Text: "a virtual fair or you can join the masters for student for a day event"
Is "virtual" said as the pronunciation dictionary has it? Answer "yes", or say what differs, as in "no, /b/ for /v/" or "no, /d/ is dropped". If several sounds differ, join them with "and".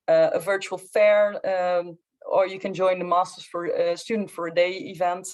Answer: yes